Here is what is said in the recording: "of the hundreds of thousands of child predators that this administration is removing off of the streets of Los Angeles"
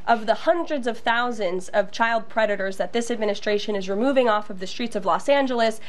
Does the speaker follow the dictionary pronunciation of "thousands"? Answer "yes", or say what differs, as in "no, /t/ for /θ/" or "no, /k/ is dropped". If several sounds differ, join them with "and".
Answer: yes